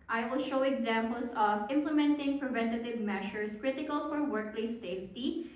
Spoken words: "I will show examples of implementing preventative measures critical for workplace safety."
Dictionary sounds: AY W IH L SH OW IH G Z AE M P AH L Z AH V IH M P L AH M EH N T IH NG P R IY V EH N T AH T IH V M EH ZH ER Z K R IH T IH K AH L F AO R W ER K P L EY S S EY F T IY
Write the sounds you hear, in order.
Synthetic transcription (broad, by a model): AY W IH L SH OW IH G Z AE M P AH L S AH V IH M P L AH M EH N T IH NG P R IY V EH N T AH T IH V M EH SH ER S K R IH T IH K AH L F AO R W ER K P L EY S S EY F T IY